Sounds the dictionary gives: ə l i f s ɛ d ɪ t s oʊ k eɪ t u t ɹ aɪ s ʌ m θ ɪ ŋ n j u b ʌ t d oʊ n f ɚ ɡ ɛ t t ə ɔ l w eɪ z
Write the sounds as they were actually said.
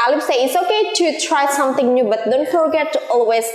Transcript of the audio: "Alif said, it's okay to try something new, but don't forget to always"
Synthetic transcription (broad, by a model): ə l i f s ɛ ɪ t s oʊ k eɪ t u t ɹ aɪ s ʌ m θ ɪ ŋ n j u b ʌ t d oʊ n f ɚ ɡ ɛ t t ɔ l w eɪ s